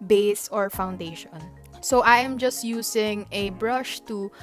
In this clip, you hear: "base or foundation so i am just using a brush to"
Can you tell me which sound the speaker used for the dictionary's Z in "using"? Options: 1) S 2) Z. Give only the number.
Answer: 1